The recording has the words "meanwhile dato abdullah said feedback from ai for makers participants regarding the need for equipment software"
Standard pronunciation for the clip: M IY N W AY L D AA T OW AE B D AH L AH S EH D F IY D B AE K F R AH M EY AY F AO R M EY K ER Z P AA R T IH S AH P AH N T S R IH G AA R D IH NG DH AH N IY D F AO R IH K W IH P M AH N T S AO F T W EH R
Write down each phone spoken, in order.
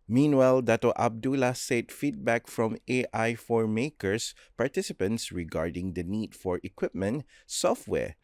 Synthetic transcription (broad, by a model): M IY N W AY L D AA T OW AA B D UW L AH S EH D F IY D B AE K F R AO M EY AY F AO R M EY K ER S P AA R T IH S AH P AH N T S R IH G AA R D IH NG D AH N IY D F AO R IH K W IH P M AH N T S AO F T W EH R